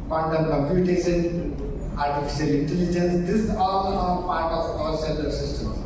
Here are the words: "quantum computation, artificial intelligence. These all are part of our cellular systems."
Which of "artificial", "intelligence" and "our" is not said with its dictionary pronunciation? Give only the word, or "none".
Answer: our